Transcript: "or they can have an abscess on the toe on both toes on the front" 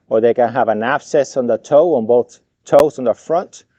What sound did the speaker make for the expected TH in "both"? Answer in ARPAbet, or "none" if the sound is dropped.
TH